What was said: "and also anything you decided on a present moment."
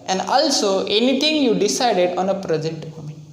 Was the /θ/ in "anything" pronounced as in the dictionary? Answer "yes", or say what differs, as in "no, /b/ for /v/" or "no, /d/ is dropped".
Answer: no, /t/ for /θ/